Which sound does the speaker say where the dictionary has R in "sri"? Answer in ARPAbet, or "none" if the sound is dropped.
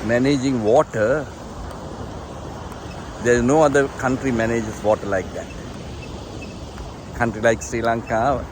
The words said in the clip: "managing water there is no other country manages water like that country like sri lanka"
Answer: R